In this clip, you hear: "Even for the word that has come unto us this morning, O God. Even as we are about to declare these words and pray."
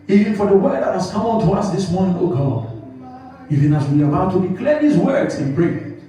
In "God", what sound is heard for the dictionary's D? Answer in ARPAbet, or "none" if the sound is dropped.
none